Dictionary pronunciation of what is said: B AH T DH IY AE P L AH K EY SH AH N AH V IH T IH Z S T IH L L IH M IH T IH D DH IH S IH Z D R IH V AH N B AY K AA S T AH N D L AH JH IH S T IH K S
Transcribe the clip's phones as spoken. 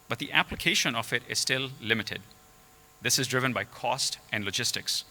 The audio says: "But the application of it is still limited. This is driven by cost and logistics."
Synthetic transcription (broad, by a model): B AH T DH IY AE P L AH K EY SH AH N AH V IH T IH Z S T IH L L IH M IH T IH D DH IH S IH Z D R IH V AH N B AY K AA S T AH N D L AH JH IH S T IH K S